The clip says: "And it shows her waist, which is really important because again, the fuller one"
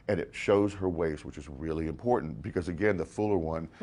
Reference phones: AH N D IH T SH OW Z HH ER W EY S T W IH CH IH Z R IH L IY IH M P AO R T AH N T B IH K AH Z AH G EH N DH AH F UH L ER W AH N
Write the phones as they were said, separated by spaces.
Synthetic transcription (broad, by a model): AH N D IH T SH OW Z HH ER W EY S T W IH CH IH Z R IH L IY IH M P AO R T N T B IH K AH Z AH G EH N DH AH F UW L ER W AH N